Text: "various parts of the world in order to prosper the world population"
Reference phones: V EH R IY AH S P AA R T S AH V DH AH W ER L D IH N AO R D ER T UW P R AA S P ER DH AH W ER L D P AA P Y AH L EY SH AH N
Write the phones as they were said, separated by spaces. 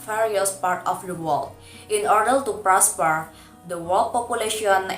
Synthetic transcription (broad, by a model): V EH R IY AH S P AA R T AH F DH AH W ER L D IH N AO R D ER T UW P R AA S P ER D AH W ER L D P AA P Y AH L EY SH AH N